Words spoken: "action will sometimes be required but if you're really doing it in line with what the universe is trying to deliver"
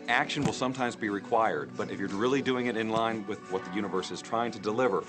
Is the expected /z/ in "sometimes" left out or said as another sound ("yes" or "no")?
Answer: no